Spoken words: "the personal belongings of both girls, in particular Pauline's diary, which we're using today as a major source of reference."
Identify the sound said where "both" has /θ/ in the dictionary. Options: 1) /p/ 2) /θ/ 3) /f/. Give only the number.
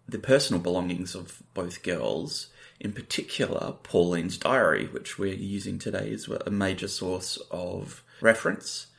2